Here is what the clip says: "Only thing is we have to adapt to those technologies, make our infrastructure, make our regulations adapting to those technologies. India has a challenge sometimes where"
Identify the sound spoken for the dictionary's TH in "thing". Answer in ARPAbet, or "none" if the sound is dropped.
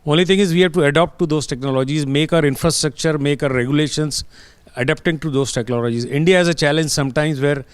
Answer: T